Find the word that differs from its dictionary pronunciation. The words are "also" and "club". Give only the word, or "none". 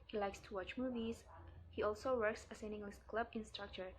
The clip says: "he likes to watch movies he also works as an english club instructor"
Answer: none